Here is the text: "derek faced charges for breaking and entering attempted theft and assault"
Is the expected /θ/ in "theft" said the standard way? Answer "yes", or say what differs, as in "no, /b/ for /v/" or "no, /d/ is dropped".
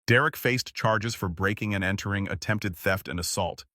yes